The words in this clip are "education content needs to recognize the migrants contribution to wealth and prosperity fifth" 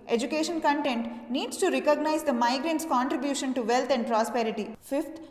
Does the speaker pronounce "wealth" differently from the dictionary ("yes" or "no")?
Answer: yes